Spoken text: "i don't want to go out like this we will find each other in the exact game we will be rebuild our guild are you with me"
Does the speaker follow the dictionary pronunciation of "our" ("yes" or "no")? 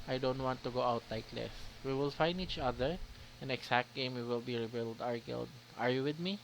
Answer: yes